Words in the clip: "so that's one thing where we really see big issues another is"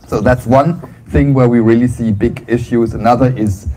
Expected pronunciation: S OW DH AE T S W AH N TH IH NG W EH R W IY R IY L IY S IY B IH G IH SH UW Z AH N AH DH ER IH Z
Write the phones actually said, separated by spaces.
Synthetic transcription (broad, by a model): S OW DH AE T S W AH N TH IH NG W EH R W IY R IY L IY S IY B IH G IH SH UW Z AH N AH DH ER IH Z